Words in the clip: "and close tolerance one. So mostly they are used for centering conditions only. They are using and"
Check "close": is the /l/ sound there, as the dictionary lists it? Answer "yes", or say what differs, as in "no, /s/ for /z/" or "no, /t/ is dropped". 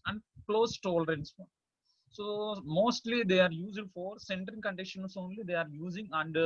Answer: yes